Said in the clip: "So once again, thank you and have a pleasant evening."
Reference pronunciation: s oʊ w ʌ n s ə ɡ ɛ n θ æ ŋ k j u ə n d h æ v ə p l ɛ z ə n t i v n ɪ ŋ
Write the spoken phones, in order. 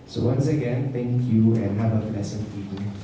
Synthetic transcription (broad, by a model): s oʊ w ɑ n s ə ɡ ɛ n t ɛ ŋ k j u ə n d h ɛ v ə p l ɛ s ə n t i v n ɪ